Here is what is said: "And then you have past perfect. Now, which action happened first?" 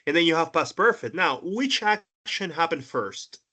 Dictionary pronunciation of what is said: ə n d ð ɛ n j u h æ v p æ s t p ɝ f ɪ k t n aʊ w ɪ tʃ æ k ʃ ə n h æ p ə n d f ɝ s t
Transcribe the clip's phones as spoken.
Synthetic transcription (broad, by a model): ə n ð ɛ n j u h æ v b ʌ s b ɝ f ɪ t n aʊ w ɪ tʃ æ k ʃ ə n h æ p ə n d f ɝ s t